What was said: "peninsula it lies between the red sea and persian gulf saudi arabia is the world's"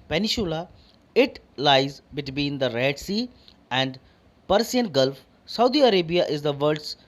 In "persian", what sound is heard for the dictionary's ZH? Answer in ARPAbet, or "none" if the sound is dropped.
S